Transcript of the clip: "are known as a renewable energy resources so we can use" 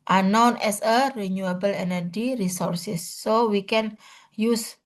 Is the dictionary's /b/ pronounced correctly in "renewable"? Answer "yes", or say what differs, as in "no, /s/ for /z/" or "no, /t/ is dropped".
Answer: yes